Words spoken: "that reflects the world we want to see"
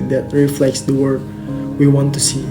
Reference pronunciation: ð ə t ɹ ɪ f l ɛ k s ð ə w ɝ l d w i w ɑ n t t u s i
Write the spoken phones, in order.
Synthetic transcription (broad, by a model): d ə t ɹ ɪ f l ɛ k s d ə w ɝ d w i w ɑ n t t u s i